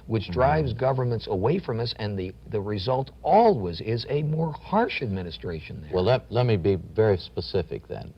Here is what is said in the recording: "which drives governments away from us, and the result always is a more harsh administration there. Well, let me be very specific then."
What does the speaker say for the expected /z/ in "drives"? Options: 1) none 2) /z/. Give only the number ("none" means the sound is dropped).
2